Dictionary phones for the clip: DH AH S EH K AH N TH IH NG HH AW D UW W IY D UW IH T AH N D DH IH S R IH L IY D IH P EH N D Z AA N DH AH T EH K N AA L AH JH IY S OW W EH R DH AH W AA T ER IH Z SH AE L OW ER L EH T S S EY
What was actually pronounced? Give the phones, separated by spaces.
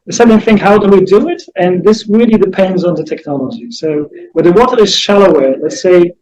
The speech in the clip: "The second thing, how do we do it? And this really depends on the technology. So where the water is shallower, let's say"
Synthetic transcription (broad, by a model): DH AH S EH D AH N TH IH NG HH AW D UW W IY D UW IH T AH N DH IH S R IH L IY D IH P EH N D Z N DH AH T EH K N AA L AH JH IY S OW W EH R DH AH W AA T ER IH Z SH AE L OW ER L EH T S S EY